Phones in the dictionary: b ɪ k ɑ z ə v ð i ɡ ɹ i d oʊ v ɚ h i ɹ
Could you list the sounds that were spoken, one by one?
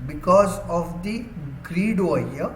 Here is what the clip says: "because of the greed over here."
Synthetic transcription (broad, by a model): b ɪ k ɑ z ə v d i ɡ ɹ i d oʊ ɚ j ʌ